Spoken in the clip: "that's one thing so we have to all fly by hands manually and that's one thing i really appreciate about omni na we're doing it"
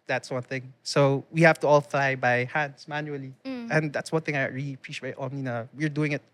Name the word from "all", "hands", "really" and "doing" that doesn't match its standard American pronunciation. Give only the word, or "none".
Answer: hands